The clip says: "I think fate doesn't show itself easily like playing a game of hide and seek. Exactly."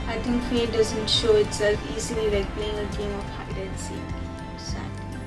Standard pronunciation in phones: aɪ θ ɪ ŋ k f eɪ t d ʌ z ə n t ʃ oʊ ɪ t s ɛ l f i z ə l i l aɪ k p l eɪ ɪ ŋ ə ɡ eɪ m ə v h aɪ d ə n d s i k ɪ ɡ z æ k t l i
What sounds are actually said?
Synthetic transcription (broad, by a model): aɪ t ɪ ŋ k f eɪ d ʌ z ə n t ʃ oʊ ɪ t s ɛ l f i z ə l i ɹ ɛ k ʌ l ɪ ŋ ə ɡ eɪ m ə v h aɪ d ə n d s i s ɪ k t